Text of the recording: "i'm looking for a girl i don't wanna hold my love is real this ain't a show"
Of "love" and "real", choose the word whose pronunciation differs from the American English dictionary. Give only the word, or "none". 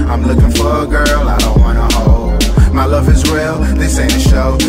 real